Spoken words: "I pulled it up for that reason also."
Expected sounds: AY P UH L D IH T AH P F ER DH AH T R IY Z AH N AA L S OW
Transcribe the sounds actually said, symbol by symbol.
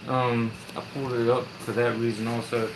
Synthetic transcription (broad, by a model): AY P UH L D IH T AH P F ER DH AH T R IY Z AH N AA L S OW